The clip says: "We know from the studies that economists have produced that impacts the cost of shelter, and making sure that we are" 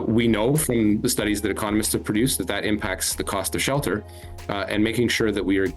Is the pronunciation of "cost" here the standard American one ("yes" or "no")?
yes